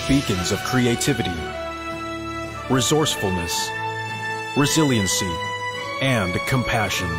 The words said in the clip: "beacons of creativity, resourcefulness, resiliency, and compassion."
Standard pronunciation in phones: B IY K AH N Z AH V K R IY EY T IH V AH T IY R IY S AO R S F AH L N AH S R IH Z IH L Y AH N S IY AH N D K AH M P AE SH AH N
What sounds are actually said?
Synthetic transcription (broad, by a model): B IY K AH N Z AH V K R IY EY T IH V AH T IY R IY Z AO R S F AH L N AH S R IH Z IH L Y AH N S IY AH N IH K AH M P AE SH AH N